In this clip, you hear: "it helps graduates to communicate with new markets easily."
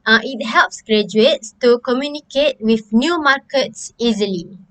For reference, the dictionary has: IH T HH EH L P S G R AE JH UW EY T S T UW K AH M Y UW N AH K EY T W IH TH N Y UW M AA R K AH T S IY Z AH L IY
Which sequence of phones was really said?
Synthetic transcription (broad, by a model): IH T HH EH L P S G R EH JH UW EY T S T UW K AH M Y UW N AH K EY T W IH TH N Y UW M AA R K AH T S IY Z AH L IY